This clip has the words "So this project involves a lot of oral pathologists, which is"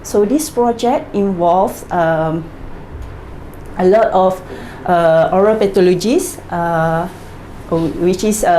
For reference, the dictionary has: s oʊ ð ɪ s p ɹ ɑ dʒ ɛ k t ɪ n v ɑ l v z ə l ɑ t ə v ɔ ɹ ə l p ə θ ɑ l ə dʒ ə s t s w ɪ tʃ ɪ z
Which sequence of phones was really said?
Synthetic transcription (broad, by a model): s oʊ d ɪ s p ɹ ɑ dʒ ɛ k t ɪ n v ɑ l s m ə l ɑ t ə f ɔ ɹ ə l p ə t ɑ l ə dʒ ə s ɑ w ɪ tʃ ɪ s